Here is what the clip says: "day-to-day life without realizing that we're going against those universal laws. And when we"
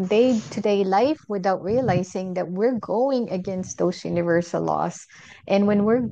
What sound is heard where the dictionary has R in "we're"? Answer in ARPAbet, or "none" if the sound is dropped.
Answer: R